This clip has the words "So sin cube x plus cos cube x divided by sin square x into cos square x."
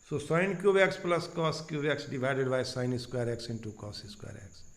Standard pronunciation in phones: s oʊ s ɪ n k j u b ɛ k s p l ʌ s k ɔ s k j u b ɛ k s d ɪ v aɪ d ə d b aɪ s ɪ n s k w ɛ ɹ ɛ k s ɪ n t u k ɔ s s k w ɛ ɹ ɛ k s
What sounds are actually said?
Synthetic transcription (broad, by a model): s oʊ s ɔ n k j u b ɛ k s p l ʌ s k ɔ s k j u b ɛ k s d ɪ b aɪ d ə d b aɪ s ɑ n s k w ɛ ɹ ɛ k s ɪ n t u k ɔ s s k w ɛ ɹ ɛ k s